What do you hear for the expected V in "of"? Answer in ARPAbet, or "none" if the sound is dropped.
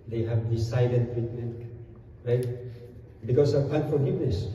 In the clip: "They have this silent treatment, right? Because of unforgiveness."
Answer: P